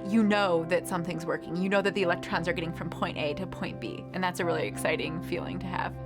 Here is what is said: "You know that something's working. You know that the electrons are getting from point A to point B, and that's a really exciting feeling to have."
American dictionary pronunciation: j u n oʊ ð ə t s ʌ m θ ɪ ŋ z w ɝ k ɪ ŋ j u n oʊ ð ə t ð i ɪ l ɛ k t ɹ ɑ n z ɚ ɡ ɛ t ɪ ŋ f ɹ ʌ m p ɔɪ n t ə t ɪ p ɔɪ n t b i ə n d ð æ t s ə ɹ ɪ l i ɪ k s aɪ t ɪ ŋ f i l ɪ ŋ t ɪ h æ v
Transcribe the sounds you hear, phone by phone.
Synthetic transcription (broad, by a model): j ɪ n oʊ ð ə t s ʌ m θ ɪ ŋ z w ɝ k ɪ ŋ j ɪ n oʊ ð ə t ð i ɪ l ɛ k t ɹ ɑ n z ɚ ɡ ɛ t ɪ ŋ f ɹ ʌ m p ɔɪ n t ə t ɪ p ɔɪ n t b i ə n ð æ t s ə ɹ ɪ l i ɪ k s aɪ t ɪ ŋ f i l ɪ ŋ t ɪ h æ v